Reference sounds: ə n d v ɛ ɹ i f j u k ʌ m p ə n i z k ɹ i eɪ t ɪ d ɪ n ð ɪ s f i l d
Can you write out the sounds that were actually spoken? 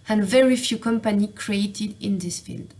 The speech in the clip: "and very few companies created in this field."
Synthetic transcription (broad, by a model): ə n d v ɛ ɹ i f j u k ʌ m p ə n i k ɹ i eɪ t ɪ d ɪ n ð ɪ s f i l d